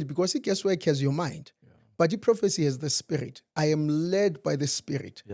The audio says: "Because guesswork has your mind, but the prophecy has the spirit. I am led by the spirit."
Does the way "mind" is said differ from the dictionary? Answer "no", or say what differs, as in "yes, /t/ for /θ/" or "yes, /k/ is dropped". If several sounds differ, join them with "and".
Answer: no